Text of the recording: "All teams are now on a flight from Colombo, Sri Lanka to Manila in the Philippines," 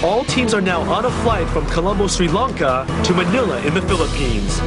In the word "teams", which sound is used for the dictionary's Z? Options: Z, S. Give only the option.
Z